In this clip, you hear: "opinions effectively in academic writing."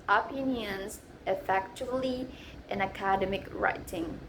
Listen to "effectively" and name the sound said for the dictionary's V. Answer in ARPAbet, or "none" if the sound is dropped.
none